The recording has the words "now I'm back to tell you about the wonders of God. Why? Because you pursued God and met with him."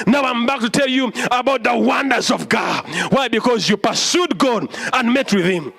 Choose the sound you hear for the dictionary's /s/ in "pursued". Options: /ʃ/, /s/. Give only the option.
/s/